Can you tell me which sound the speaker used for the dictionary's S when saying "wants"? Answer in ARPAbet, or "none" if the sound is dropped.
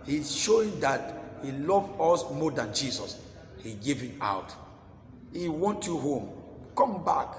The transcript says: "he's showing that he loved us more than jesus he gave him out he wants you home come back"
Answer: none